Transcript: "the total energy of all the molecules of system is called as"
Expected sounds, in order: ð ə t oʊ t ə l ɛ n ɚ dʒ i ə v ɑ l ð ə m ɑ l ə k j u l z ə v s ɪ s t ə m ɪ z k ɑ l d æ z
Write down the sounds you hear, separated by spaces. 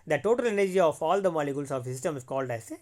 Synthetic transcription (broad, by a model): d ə t oʊ t ə l ɛ n ɚ dʒ i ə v ɑ l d ə m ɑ l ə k j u l s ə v s ɪ s t ə m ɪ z k ɑ l d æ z